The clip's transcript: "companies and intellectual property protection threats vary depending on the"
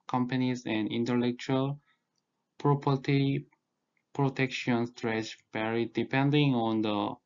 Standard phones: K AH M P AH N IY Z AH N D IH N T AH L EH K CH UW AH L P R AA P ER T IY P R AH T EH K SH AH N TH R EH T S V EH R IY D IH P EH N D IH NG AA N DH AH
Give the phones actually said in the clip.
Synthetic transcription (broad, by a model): K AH M P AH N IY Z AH N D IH N T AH L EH K CH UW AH L P R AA P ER T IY P R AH T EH K SH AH N T R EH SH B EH R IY D IH P EH N D IH NG AA N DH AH